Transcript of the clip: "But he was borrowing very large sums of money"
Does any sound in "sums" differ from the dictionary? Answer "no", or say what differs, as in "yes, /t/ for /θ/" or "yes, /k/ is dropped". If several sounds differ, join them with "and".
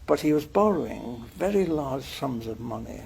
no